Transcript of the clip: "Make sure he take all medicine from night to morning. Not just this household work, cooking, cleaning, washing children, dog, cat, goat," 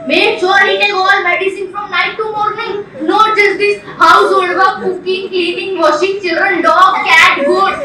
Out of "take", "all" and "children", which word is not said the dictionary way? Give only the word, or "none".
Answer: take